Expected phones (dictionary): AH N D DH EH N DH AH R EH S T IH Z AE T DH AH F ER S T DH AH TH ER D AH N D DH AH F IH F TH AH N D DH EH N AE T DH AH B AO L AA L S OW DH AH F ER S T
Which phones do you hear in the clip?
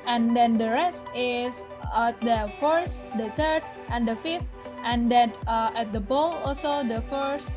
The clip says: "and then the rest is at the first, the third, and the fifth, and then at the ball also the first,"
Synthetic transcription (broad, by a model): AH N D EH N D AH R EH S T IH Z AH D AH F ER S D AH T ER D AH N D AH F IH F T AH N D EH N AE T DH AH B AO L AA L S OW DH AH F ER S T